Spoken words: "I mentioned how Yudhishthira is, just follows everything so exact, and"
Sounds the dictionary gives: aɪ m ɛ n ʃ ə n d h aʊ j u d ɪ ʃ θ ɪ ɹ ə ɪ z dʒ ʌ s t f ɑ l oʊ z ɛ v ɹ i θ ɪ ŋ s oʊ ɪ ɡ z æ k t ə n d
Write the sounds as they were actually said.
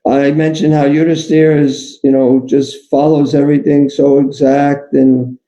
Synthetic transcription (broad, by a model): aɪ m ɛ n ʃ ə n d h aʊ j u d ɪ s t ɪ ɹ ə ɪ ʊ dʒ ʌ s t f ɑ l oʊ z ɛ v ɹ i θ ɪ ŋ s oʊ ɪ ɡ z æ k t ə n